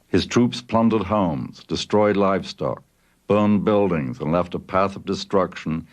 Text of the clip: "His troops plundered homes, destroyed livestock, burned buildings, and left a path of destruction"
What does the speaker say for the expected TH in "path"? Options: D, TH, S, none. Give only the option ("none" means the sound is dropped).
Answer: TH